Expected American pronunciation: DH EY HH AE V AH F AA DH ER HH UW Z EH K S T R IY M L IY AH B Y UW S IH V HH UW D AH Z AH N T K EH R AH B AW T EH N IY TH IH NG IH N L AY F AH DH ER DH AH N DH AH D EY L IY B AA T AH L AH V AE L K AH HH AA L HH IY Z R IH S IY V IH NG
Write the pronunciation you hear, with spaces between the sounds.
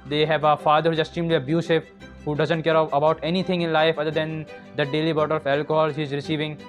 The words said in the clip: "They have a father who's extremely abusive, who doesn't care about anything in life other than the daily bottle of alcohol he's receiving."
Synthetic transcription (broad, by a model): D EY HH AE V AH F AA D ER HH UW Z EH S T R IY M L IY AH B Y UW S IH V HH UW D AH Z AH N T K EH R AH B AW T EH N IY T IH NG IH N L AY F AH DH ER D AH N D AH D EY L IY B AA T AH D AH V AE L K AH HH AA L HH IY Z R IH S IY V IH NG